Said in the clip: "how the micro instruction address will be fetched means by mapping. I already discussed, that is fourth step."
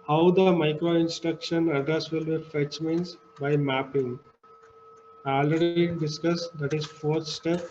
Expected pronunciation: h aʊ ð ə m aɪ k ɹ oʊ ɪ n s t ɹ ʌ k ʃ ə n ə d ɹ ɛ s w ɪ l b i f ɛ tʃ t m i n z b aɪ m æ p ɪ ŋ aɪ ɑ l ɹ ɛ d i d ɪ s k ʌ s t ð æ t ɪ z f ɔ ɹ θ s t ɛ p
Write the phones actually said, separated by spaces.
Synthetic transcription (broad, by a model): h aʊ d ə m aɪ k ɹ oʊ ɪ n s t ɹ ʌ k ʃ ə n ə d ʌ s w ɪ l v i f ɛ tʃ m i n s b aɪ m æ p ɪ ŋ aɪ ɑ l ɹ ɛ d i d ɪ s k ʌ s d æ t ɪ z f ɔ ɹ t s t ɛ p